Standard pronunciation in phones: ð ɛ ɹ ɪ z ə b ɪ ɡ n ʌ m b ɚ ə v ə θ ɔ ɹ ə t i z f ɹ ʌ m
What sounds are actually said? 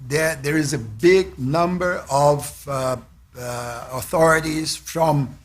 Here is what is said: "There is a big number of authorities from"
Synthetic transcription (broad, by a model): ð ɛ ɹ ɪ z ə b ɪ ɡ n ʌ m b ɚ ə v ə θ ɔ ɹ ə t i z f ɹ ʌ m